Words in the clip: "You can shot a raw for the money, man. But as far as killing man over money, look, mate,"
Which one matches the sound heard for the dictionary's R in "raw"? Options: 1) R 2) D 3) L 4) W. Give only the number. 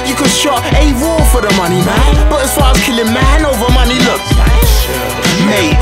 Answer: 4